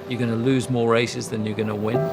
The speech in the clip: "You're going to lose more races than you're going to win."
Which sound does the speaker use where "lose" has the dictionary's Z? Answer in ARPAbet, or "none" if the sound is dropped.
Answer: Z